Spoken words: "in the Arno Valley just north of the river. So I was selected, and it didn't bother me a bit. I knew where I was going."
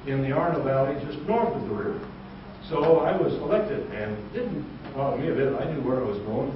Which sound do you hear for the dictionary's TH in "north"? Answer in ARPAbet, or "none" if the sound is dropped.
TH